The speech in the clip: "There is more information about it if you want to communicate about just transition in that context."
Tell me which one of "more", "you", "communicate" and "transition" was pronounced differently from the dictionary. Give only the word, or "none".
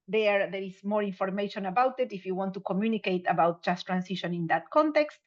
transition